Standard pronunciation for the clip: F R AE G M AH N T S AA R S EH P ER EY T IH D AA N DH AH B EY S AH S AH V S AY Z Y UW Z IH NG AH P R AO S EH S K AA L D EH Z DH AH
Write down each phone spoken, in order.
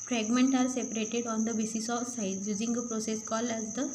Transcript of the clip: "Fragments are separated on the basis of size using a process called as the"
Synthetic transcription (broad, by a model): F R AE G M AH N T AA R S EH P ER EY T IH D AA N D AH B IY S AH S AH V S AY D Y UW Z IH NG AH P R AO S EH S K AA L EH Z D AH